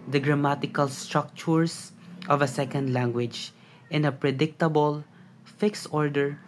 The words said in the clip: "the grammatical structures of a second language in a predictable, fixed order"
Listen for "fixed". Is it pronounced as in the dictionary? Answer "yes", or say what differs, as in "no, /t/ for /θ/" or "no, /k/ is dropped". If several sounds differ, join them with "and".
yes